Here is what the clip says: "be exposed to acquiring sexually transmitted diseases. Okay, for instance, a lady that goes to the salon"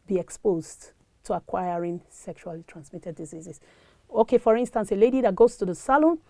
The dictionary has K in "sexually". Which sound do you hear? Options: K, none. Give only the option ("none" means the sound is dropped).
K